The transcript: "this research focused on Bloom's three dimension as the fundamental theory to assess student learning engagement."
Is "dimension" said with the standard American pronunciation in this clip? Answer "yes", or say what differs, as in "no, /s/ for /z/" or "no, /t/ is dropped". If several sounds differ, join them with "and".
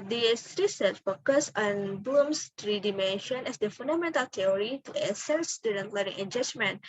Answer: yes